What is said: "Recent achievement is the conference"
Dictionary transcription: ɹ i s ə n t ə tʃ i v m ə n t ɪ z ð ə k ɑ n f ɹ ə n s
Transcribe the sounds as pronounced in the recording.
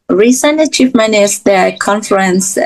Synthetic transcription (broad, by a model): ɹ i s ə n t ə tʃ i f m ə n ɪ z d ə k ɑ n f ɹ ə n s